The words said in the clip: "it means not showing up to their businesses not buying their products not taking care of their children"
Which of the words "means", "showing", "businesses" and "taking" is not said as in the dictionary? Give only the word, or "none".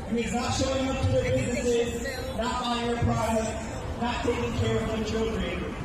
means